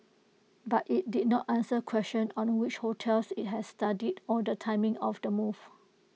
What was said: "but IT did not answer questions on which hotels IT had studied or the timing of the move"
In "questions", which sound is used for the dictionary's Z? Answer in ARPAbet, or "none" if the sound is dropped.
none